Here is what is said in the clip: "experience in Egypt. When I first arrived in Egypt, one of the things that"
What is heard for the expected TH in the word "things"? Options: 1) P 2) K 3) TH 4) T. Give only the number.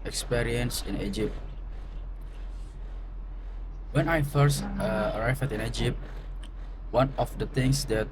4